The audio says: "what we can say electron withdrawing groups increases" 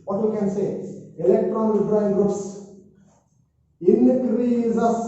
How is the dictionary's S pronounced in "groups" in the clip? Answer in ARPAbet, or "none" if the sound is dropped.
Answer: S